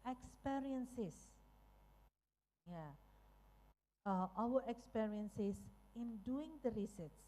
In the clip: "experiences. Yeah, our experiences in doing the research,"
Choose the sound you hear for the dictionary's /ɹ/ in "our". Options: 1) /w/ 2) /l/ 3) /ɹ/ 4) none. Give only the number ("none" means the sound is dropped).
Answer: 1